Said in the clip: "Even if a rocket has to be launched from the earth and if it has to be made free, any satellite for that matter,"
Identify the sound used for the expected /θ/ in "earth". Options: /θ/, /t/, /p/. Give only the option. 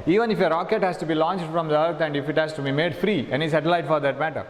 /t/